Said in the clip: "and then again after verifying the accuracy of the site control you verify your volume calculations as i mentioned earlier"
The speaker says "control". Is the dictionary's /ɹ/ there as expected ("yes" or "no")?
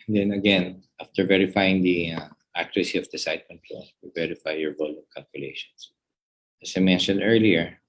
no